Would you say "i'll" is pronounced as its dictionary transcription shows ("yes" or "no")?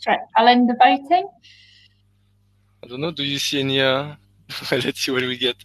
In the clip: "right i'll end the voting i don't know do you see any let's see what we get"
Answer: yes